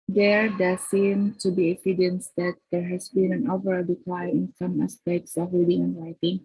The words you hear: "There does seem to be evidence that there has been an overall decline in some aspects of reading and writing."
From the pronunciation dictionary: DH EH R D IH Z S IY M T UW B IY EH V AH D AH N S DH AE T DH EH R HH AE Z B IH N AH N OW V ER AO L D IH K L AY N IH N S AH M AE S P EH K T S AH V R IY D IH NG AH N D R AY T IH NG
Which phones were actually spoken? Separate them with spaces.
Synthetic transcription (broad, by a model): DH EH R D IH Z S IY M T UW B IY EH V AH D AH N S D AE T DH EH R HH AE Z B IH N AH N OW V ER AO L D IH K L AY IH N S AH M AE S P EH K T S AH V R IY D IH NG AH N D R AY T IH NG